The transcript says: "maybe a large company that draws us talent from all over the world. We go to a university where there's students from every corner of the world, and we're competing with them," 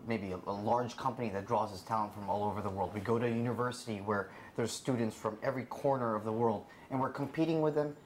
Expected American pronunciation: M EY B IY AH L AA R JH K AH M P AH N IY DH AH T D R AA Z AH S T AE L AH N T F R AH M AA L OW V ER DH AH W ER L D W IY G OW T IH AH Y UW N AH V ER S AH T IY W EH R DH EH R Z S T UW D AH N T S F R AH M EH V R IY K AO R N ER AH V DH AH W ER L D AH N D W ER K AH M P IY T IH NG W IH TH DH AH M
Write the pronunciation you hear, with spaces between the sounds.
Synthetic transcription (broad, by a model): M EY B IY AH L AA R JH K AH M P AH N IY DH AH T D R AA Z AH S T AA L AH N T F R AH M AA L OW V ER DH AH W ER L D W IY G OW T IH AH Y UW N AH V ER S AH T IY W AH R DH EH R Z S T UW D N T S F R AH M EH V R IY K AO R N ER AH V DH AH W ER L D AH N W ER K AH M P IY T IH NG W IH DH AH M